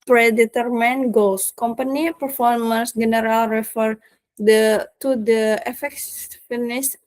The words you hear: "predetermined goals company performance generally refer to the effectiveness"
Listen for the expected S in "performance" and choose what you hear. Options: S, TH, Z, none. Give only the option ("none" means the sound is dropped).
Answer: S